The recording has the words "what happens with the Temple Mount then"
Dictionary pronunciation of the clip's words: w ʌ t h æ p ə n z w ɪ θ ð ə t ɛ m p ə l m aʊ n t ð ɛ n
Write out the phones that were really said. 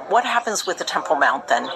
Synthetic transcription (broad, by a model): w ʌ t h æ p ə n z w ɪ ð ə t ɛ m p l m aʊ n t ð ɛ n